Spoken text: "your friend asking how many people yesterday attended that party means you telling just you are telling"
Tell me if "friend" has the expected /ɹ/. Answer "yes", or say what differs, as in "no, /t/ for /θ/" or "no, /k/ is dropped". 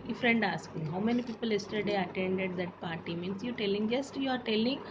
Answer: yes